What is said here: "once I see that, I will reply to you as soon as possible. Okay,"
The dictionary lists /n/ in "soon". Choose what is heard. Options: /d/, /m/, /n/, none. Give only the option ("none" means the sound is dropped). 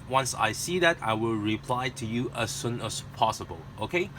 /n/